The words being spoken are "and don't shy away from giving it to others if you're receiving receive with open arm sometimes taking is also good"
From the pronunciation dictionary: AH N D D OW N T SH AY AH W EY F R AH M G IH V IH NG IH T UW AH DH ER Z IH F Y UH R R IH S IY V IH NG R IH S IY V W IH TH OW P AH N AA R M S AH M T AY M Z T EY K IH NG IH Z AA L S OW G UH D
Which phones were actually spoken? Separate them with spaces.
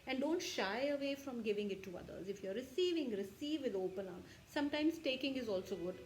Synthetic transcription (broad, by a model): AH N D D OW N T SH AY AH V EY F R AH M G IH V IH NG IH T UW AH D ER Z IH F Y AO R R IH S IY V IH NG R IH S IY V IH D OW P AH N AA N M S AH M T AY M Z T EY K IH NG IH Z AA L S OW G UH D